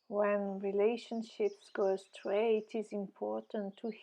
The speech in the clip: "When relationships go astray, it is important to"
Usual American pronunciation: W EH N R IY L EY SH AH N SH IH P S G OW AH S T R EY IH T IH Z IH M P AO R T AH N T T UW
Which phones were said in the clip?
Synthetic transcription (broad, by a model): W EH N R IY L EY SH AH N SH IH P S G OW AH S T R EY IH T IH Z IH M P AO R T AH N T T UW